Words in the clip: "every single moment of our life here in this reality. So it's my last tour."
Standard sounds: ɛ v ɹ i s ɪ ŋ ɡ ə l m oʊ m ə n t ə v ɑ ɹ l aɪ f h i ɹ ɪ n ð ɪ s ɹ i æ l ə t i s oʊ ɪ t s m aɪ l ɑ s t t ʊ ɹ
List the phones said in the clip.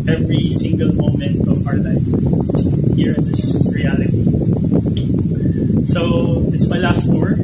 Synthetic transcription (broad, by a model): ɛ v ɹ i s ɪ ŋ ɡ ə l m oʊ m ə n t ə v ɑ ɹ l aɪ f h i ɹ ɪ n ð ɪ s ɹ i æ l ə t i s oʊ ɪ t s m aɪ l ɑ s t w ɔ ɹ